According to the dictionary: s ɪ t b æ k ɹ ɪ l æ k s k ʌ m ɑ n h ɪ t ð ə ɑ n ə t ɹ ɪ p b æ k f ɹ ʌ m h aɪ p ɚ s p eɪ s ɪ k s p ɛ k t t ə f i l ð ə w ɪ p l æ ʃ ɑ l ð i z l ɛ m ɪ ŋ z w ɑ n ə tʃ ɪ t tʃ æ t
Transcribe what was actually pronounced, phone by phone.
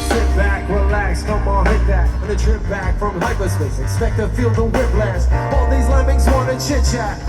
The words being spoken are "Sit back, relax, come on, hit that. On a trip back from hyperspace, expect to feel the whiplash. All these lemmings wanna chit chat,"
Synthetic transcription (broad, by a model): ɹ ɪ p b æ k w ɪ l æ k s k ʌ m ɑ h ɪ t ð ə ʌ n ə t ɹ ɪ p b æ k f ɹ ʌ m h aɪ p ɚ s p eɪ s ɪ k s p ɛ k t t ə f i l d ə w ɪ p l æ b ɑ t ð i z l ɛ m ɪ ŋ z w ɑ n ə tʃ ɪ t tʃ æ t